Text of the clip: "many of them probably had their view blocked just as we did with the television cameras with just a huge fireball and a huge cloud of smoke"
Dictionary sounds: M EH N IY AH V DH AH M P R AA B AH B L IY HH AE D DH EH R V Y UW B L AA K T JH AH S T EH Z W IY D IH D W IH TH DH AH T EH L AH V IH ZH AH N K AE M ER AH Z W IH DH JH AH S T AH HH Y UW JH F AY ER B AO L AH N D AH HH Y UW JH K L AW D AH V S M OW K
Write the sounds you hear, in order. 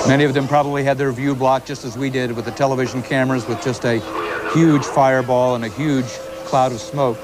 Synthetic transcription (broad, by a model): M EH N IY AH V DH AH M P R AA B AH B L IY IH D DH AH R V Y UW B L AA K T JH AH S T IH Z W IY D IH D W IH DH AH T EH L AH V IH ZH N K AE M ER AH Z W IH DH JH AH S T AH HH Y UW JH F AY ER B AO L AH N AH HH Y UW JH K L AW D AH V S M OW K